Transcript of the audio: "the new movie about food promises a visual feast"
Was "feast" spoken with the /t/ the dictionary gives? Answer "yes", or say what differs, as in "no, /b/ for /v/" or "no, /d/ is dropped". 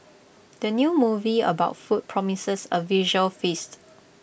yes